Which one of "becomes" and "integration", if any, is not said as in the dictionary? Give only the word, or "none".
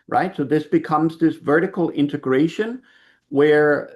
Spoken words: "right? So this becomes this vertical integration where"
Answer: none